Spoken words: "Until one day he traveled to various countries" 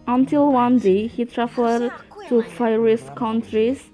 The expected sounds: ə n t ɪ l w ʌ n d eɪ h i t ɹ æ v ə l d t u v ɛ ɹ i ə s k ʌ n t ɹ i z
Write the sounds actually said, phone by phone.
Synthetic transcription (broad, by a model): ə n t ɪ l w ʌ n d eɪ h i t ɹ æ f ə d t u p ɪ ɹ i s k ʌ n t ɹ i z